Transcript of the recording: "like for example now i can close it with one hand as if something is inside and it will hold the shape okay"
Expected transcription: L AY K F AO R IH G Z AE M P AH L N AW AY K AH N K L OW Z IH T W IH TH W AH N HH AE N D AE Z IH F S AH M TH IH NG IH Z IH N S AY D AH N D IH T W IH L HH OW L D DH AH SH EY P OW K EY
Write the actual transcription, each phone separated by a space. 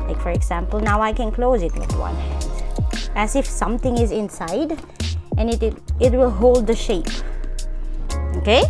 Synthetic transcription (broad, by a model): L AY K F AO R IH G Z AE M P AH L N AW AY K AH N K L OW Z IH T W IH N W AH N HH AE N D AE Z IH F S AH M T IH NG IH Z IH N S AY D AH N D IH T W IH L HH OW L D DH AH SH EY P OW K EY